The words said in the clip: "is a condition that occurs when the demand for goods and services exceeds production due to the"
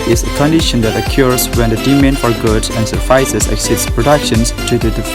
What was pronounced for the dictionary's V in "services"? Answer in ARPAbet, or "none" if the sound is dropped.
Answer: F